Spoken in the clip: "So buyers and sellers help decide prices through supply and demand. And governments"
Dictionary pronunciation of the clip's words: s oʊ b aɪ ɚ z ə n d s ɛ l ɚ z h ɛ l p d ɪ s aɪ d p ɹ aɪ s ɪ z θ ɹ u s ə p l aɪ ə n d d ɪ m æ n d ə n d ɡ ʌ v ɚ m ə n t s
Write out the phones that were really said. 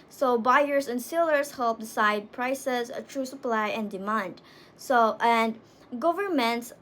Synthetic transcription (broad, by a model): s oʊ b aɪ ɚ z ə n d s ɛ l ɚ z h ɛ l p d ɪ s aɪ d p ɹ aɪ s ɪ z t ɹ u s ə p l aɪ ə n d d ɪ m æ n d ə n d ɡ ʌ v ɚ m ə n t s